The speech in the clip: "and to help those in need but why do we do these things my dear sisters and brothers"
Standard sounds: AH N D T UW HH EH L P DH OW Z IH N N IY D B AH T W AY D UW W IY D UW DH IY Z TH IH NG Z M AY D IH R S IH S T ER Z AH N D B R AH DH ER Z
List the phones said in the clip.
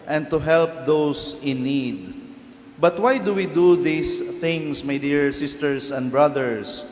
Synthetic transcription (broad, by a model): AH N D T UW HH EH L P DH OW S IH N N IY D B AH T W AY D UW W IY D UW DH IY S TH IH NG S M AY D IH R S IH S T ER S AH N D B R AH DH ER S